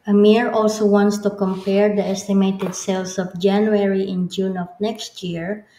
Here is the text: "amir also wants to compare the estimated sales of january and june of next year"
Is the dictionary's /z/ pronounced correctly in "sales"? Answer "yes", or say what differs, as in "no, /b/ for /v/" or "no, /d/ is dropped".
no, /s/ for /z/